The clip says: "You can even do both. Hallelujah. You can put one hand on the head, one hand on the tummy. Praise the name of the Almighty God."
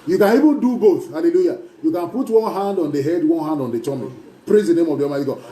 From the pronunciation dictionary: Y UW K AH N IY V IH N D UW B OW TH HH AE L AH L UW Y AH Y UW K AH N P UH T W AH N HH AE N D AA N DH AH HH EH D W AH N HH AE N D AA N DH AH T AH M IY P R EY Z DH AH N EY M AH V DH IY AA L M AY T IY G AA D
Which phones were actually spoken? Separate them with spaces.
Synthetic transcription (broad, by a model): Y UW K AH N IY V IH N D UW B OW TH HH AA L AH L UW Y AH Y UW K AH N P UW T W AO N HH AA N D AA N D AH HH EH D W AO N HH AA N D AA N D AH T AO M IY P R EY Z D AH N EY M AH V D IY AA M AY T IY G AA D